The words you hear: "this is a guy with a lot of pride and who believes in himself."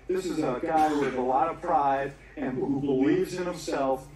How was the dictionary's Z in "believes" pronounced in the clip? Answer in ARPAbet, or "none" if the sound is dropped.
Z